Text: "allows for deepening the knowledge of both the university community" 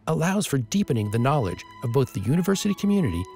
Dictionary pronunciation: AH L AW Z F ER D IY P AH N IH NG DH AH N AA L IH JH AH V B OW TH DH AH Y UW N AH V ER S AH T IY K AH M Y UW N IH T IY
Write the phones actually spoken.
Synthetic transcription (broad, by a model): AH L AW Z F ER D IY P AH N IH NG DH AH N AA L IH JH AH V B OW TH DH AH Y UW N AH V ER S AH T IY K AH M Y UW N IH T IY